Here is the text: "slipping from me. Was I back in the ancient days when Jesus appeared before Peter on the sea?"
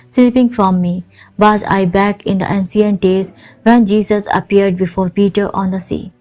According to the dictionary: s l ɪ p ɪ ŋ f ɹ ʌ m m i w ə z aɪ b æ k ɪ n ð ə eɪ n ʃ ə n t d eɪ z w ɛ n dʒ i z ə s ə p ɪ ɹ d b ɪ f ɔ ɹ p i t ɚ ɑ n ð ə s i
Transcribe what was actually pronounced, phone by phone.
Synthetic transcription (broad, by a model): s l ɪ p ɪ ŋ f ɹ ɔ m m i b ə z aɪ b æ k ɪ n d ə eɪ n s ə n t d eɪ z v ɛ n dʒ i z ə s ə p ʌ ɹ d b ɪ f ɔ ɹ p i t ɚ ɑ n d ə s i